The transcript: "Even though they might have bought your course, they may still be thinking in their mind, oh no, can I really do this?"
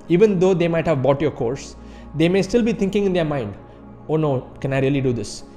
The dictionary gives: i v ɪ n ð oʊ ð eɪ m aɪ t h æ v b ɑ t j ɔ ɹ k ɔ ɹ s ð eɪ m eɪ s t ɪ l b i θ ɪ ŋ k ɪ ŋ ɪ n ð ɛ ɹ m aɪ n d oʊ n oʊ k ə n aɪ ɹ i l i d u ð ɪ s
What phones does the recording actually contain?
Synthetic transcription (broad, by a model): i v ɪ n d oʊ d eɪ m aɪ t h æ v b ɑ t j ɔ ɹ k ɔ ɹ s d eɪ m eɪ s t ɪ l b i t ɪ ŋ k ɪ ŋ ɪ n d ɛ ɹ m aɪ n d oʊ n oʊ k ə n aɪ ɹ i l i d u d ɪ s